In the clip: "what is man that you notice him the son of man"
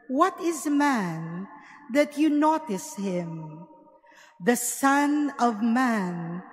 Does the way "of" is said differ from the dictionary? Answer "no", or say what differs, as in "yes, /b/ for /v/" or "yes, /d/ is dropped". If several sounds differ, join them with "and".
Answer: no